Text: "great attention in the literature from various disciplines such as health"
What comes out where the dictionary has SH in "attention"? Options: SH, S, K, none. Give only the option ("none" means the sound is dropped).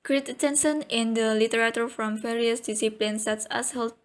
S